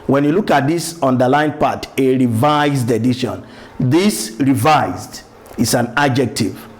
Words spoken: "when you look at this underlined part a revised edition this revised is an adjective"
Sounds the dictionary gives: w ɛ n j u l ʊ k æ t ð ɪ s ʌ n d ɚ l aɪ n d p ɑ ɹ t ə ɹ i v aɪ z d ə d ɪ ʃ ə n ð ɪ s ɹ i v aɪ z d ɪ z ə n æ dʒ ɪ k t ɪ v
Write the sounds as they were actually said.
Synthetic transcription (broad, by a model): w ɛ n j u l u k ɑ t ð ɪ s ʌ n d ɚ l aɪ n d p ɑ t ə ɹ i v aɪ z d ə d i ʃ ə n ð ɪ s ɹ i v aɪ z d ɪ s ə n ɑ dʒ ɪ k t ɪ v